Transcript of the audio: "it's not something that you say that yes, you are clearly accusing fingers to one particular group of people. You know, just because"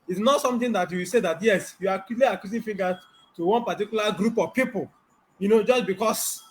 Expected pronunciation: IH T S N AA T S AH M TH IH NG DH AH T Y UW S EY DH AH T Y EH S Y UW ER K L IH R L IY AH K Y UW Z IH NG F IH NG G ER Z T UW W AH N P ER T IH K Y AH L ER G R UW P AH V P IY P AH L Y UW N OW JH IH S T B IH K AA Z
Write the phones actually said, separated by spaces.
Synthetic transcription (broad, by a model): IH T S N AA T S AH M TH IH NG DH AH T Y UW S EY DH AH T Y EH S Y UW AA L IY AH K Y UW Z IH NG F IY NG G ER T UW W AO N P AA T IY K Y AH L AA G R UW P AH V P IY P AH L Y UW N OW JH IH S B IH K AA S